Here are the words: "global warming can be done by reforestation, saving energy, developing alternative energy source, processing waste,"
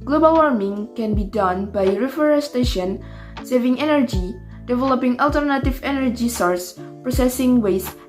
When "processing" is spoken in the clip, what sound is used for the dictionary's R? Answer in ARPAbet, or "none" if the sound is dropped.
R